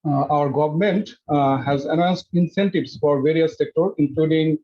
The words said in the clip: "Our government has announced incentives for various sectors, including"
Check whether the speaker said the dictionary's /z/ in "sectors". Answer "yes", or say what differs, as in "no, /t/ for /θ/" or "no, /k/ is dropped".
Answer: no, /z/ is dropped